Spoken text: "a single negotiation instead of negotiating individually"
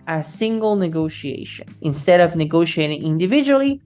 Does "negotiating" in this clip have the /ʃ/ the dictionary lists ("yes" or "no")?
yes